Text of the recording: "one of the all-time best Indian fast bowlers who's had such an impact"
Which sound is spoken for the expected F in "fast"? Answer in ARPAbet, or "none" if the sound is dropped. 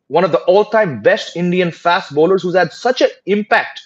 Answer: F